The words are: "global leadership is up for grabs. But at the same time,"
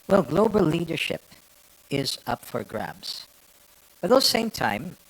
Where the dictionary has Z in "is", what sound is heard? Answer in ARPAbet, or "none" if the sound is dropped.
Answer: Z